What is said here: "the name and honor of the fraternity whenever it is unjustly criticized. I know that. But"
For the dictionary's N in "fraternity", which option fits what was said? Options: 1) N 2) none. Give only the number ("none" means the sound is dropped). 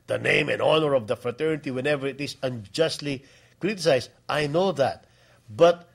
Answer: 1